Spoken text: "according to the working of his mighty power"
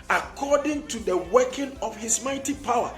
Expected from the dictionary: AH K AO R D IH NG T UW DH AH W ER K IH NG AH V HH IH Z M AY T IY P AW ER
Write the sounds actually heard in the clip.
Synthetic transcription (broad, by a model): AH K AO D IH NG T UW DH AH W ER K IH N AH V HH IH S M AY T IY P AW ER